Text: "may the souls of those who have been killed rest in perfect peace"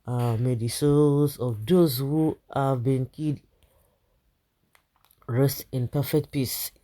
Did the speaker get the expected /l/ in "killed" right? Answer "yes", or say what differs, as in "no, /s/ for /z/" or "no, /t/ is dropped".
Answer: no, /l/ is dropped